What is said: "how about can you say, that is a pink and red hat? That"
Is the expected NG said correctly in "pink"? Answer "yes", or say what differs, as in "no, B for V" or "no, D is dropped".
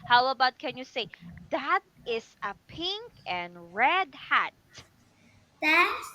yes